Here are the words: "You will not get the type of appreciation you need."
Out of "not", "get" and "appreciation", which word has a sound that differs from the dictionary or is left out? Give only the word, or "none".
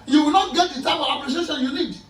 appreciation